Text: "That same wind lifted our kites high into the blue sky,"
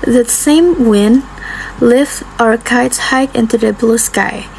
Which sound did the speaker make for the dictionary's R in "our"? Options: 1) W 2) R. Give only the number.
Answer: 2